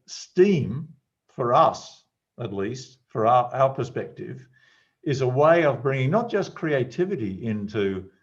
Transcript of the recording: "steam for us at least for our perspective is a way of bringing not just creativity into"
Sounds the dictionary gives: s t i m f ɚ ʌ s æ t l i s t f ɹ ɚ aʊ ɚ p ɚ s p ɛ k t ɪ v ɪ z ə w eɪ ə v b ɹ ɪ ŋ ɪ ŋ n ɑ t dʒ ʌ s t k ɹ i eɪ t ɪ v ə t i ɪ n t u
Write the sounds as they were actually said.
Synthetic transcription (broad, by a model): s t i m f ɚ ʌ s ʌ t l i s t f ɹ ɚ aʊ ɚ p ɚ s p ɛ k t ɪ v ɪ z ə w eɪ ə v b ɹ ɪ ŋ ɪ ŋ n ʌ t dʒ ʌ s k ɹ i eɪ t ɪ v ə t i ɪ n t u